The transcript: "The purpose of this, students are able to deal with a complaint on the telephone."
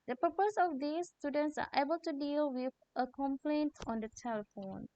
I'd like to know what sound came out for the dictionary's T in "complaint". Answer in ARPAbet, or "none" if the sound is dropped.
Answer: T